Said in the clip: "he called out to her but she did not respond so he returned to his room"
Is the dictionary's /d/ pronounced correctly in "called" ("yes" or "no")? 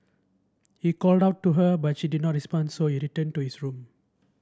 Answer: yes